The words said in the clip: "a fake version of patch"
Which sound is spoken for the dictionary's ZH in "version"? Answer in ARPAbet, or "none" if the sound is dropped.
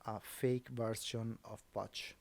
S